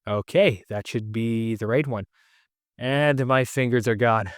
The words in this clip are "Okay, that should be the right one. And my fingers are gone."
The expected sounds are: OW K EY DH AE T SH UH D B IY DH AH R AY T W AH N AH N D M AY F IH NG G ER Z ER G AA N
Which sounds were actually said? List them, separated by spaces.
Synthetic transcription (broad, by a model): OW K EY DH AE T SH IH D B IY DH AH R AY T W AH N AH N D M AY F IH NG G ER Z ER G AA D